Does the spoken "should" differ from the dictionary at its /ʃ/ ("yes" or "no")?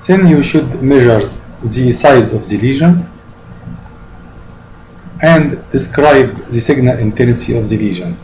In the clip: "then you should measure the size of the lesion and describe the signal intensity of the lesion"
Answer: no